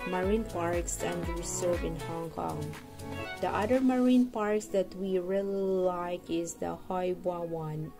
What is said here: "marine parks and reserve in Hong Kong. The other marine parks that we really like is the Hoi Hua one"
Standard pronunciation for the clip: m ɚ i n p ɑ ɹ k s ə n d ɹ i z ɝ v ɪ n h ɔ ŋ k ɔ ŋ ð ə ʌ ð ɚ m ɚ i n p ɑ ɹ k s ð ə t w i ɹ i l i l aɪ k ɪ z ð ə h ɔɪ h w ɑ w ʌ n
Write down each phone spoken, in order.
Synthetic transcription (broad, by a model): m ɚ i n p ɑ ɹ k s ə n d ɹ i s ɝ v ɪ n h ɔ ŋ k ɔ ŋ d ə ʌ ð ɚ m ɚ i n p ɑ ɹ k s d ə t w i ɹ i l i l aɪ k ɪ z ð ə h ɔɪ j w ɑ w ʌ n